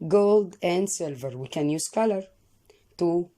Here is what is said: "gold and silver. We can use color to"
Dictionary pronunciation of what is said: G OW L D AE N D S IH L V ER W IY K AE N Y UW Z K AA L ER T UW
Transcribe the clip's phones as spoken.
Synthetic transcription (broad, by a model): G OW L D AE N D S IH L V ER W IY K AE N Y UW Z K AA L ER T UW